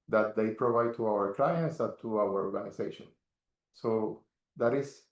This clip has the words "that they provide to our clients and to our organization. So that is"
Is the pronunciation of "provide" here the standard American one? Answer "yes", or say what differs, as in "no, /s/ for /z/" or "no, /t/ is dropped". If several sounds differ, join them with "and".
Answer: yes